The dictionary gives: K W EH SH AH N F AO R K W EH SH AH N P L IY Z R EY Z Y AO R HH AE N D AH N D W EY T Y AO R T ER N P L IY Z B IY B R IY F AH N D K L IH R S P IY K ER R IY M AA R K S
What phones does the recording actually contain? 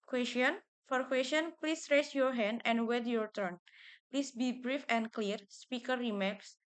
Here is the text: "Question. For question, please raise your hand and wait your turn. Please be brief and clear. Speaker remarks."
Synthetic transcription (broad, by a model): K W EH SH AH N F AO R K W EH S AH N P L IY S R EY S Y AO R HH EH N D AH N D W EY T Y AO R T ER N P L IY S B IY B R IY F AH N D K L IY R S P IY K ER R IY M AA K S